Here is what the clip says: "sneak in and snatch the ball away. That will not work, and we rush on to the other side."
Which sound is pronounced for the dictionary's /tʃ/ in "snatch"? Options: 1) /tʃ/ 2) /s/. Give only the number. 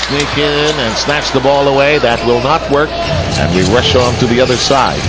1